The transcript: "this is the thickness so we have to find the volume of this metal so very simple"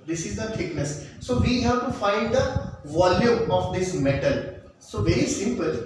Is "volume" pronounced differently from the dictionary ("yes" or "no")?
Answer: no